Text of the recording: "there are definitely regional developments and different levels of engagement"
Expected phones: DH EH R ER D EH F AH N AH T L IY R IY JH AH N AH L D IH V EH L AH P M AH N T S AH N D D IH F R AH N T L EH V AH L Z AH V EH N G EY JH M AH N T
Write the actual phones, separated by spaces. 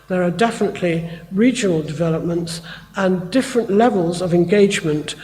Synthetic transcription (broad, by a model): DH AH R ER D EH F AH N AH T L IY R IY JH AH N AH L D IH V EH L AH P M AH N T S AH N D D IH F R AH N T L EH V AH L Z AH V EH N G EY JH M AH N T